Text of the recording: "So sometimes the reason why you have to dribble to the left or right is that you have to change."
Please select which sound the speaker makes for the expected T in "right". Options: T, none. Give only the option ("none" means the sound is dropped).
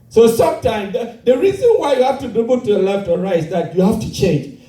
none